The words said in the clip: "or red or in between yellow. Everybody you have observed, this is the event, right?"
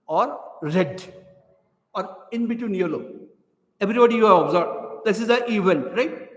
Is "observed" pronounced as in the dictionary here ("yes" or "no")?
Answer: no